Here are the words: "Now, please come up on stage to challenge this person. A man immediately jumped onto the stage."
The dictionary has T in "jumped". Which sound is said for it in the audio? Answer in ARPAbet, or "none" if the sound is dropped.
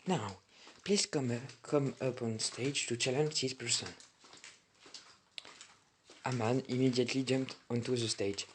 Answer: T